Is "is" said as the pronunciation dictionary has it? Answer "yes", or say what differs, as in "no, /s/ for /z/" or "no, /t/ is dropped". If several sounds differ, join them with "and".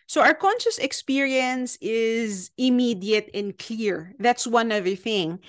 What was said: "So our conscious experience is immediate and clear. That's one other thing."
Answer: yes